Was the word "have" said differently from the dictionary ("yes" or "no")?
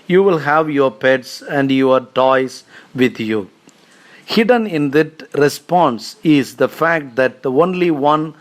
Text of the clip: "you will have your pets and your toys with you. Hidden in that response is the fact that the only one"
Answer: no